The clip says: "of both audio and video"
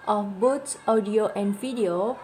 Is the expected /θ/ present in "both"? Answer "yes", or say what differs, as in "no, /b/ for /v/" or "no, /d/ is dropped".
no, /s/ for /θ/